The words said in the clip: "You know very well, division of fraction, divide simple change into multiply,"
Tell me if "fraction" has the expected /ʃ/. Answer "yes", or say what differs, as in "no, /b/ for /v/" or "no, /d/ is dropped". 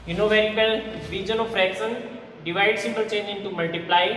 no, /s/ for /ʃ/